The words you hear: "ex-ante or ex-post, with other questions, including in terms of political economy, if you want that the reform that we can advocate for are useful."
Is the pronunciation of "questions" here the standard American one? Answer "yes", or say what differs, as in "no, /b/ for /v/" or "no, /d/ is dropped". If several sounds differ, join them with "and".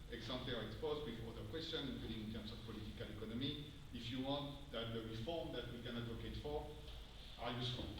no, /z/ is dropped